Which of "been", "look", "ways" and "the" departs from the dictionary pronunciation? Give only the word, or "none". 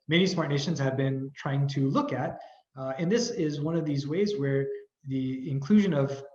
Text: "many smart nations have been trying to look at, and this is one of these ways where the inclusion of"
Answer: none